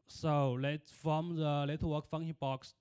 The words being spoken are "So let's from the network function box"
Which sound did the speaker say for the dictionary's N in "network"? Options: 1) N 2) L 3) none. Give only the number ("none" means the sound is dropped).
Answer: 2